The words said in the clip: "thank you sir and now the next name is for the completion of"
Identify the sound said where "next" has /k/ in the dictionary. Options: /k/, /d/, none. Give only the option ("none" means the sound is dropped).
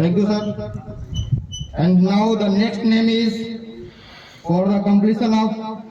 /k/